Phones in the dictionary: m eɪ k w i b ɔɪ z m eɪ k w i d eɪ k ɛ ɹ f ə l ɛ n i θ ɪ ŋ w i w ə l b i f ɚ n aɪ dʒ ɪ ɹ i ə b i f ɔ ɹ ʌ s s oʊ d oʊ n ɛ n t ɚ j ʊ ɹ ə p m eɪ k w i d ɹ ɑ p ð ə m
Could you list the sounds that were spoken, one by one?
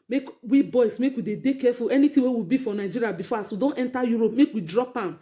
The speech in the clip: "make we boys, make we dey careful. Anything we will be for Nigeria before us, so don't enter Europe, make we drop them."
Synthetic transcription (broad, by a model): m eɪ k w i b ɔɪ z m eɪ k w i d eɪ k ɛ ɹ f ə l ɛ n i t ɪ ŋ w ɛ w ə b i f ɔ n aɪ dʒ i ɹ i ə b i f ɔ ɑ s s oʊ d oʊ n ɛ n t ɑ j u ɹ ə p m eɪ k w i d ɹ ɑ p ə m